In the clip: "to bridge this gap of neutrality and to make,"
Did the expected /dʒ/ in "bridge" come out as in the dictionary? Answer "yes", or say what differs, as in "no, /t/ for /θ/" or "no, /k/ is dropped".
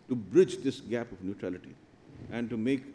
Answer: yes